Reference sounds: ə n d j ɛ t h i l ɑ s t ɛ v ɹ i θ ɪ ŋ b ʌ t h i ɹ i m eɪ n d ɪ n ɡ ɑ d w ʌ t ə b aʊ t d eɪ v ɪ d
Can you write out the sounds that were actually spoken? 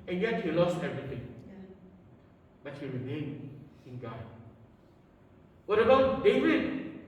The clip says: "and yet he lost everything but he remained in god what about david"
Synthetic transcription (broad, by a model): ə n j ɛ t h i l ɑ s t ɛ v ɹ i t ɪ ŋ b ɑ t h i ɹ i m eɪ n ɪ n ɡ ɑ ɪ w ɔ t ə b aʊ t d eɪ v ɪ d